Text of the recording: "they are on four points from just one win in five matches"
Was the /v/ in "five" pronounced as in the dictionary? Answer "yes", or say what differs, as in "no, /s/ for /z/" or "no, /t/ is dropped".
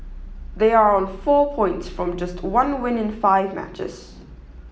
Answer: yes